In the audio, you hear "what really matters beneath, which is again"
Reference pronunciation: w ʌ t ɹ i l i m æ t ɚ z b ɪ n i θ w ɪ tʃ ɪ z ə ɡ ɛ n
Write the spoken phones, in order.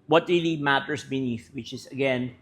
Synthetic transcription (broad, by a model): w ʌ t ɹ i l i m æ t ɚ s b ɪ n i θ w ɪ tʃ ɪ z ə ɡ ɛ n